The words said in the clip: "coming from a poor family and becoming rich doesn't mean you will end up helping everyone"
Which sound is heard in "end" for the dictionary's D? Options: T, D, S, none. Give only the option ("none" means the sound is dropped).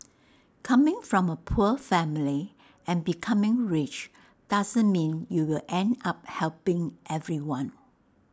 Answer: D